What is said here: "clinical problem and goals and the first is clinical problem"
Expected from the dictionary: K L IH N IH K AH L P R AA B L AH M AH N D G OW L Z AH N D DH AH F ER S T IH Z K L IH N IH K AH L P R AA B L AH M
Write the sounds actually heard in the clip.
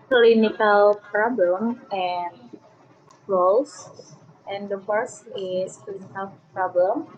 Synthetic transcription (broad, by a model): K L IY N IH K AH L P R AA B L AH M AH N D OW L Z AH N D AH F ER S IH S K L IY N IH K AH L P R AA B L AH M